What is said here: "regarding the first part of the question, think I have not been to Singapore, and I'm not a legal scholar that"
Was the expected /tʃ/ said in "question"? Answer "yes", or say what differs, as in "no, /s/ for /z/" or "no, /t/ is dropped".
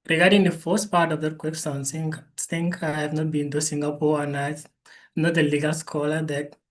no, /s/ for /tʃ/